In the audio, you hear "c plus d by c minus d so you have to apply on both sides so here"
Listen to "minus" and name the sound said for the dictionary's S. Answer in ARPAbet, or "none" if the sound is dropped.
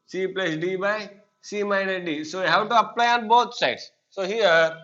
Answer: none